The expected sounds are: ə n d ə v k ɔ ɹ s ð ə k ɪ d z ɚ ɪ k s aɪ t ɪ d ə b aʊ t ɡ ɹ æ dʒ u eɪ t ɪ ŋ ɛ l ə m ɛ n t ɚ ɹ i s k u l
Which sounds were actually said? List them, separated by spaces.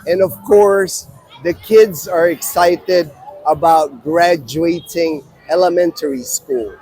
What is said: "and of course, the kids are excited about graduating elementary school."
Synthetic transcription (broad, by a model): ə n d ə v k ɔ ɹ s ð ə k ɪ d z ɚ ɪ k s aɪ t ɪ d ə b aʊ t ɡ ɹ æ dʒ u eɪ t ɪ ŋ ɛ l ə m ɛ n t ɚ ɹ i s k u l